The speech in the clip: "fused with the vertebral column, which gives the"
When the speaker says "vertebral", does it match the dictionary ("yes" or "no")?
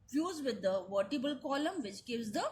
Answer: no